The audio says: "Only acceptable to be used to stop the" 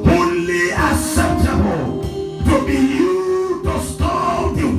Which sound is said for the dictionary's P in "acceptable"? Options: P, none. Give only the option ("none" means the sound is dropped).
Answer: none